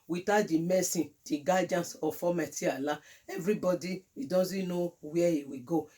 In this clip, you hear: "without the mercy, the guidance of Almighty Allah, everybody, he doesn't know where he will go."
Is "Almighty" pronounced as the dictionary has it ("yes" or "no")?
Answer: no